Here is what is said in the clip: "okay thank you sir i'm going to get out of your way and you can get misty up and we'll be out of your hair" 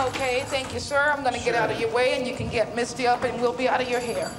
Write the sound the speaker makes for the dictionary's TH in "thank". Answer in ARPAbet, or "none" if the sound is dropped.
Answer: TH